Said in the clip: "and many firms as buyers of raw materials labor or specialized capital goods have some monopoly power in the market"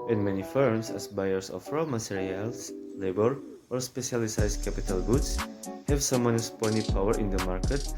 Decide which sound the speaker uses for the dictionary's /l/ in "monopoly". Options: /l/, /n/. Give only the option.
/n/